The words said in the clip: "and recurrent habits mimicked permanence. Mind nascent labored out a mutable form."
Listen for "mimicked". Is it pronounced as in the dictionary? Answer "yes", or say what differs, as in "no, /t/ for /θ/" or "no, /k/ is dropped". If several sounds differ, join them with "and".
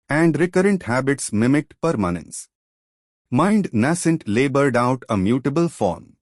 no, /k/ is dropped